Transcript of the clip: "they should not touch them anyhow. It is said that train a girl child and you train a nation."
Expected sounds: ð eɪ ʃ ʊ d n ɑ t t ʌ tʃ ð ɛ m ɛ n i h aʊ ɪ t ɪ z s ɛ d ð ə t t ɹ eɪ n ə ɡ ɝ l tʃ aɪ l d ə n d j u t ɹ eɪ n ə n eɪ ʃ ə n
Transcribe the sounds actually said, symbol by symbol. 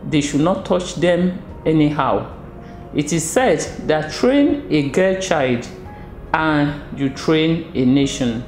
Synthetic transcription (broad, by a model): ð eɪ ʃ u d n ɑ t t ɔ tʃ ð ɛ m ɛ n i h aʊ ɪ t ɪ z s ɛ d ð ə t t ɹ eɪ n ə ɡ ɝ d tʃ aɪ l d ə n j u t ɹ eɪ n ə n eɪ ʃ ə n